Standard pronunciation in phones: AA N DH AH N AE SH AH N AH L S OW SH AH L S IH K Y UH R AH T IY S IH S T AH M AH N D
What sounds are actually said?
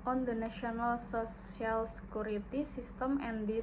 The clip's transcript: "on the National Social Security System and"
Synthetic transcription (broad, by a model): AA N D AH N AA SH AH N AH L S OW S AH L S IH K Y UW R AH T IY S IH S T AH M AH N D